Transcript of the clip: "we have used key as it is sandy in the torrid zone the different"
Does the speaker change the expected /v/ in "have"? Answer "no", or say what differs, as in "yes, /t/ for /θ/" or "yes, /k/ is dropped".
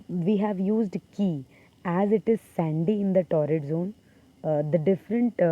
no